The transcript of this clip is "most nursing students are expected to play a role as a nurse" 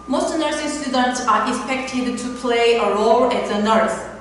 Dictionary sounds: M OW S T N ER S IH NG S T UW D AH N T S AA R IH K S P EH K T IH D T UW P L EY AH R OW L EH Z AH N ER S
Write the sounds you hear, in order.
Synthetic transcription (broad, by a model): M OW S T N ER S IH S T UW D AH N T S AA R IH K S P EH K T IH D T UW P L EY AH R OW L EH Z AH N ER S